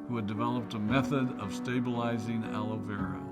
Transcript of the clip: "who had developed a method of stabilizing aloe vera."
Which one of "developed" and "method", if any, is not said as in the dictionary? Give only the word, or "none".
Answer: none